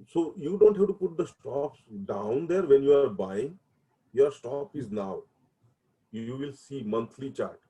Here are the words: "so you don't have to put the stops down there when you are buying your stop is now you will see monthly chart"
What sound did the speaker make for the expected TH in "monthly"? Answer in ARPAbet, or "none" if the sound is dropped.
T